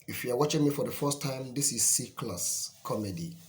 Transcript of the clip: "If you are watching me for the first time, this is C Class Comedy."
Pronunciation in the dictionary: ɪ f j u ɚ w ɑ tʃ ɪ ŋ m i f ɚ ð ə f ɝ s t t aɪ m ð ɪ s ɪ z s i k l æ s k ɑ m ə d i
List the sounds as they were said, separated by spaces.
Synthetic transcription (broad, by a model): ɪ f j u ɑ w ɑ tʃ ɪ ŋ m i f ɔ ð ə f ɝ s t t aɪ m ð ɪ s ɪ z s i k l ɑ s k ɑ m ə d i